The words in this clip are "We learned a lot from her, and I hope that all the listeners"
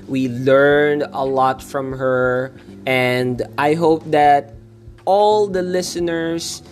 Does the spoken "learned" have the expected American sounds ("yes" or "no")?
yes